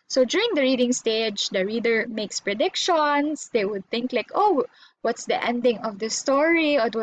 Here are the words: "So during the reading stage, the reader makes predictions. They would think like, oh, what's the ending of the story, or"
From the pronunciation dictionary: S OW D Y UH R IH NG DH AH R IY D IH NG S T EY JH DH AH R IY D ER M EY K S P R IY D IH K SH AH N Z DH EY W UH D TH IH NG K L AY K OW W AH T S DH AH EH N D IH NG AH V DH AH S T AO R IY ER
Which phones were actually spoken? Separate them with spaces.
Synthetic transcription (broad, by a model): S OW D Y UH R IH NG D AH R IY D IH NG S T EY JH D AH R IY D ER M EY K S P R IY D IH K SH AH N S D EY W UH D TH IH NG K L AY K OW W AH T S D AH EH N D IH NG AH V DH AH S T AO R IY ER